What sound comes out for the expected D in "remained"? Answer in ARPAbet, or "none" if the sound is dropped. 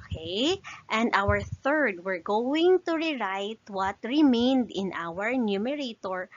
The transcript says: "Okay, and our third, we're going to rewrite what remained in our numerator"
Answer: D